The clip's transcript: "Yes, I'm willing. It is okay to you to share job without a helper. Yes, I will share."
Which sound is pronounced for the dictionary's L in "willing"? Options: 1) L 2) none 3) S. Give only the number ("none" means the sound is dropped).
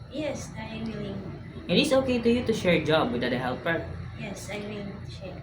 2